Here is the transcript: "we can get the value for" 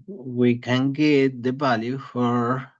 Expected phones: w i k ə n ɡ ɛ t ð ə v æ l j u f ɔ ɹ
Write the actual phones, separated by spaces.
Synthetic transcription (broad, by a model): w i k ə n ɡ ɛ t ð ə b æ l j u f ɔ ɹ